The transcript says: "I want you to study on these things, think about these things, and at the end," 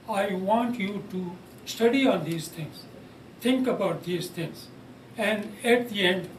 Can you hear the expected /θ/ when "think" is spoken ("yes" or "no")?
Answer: no